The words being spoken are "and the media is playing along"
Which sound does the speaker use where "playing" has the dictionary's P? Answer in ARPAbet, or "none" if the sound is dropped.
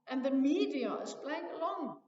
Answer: B